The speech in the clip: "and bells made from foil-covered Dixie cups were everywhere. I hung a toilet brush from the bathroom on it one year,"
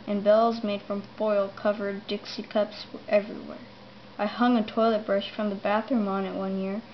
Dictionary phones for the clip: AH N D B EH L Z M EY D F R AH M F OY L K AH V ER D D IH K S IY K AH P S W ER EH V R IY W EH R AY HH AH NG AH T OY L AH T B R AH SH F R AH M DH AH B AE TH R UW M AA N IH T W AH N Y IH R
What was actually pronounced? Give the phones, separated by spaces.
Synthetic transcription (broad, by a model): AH N B EH L Z M EY D F R AH M F OY L K AH V ER D D IH K S IY K AH P S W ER EH V R IY W EH R AY HH AH NG AH T OY L AH T B R AH SH F R AH M DH AH B AE TH R UW M AA N IH T W AH N Y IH R